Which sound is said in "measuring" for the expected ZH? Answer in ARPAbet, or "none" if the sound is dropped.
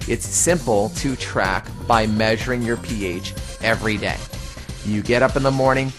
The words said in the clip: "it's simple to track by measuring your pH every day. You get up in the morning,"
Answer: ZH